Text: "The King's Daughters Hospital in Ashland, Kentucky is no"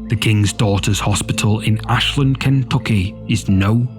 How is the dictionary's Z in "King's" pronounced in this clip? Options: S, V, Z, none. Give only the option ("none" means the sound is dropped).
Z